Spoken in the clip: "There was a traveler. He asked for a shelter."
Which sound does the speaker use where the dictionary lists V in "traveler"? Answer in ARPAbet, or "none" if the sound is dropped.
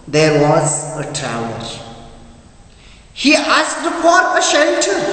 none